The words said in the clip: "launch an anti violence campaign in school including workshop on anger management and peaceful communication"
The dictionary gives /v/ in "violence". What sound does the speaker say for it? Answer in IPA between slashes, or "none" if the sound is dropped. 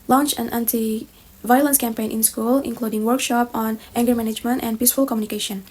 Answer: /v/